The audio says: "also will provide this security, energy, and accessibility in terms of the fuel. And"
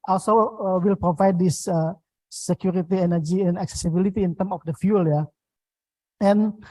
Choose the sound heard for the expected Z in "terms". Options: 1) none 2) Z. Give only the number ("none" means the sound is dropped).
1